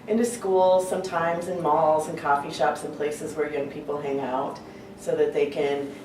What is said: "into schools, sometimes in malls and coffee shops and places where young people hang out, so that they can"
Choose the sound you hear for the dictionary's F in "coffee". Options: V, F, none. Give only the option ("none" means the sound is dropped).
F